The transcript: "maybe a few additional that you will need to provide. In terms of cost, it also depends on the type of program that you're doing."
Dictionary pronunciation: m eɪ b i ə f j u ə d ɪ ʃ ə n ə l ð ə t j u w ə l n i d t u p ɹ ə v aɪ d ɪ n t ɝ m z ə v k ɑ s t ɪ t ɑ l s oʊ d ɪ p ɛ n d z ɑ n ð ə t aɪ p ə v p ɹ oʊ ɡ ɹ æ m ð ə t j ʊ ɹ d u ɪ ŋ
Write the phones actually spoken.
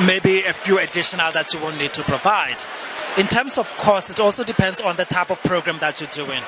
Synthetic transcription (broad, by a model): m eɪ b i ə f j u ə d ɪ ʃ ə n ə l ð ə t j u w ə n n i d t u p ɹ ə v aɪ d ɪ n t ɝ m s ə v k ɑ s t ɪ t ɑ l s oʊ d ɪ p ɛ n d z ɑ n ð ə t aɪ p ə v p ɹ oʊ ɡ ɹ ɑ m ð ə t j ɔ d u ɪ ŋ